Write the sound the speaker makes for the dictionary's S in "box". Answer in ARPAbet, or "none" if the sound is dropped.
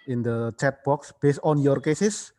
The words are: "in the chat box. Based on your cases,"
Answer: S